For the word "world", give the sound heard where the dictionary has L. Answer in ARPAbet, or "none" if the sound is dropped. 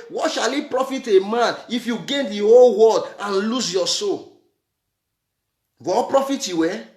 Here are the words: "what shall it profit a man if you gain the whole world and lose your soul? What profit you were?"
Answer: none